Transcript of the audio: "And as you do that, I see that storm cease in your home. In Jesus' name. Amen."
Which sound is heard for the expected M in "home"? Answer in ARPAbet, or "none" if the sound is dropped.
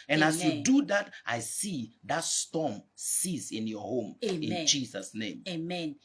M